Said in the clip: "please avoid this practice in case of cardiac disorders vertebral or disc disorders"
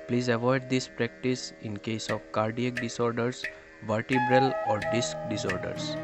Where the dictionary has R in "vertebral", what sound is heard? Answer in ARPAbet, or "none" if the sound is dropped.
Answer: R